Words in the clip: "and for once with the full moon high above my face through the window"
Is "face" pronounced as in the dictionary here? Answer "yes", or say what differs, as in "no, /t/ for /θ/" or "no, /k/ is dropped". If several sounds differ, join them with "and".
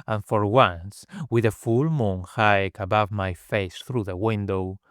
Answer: yes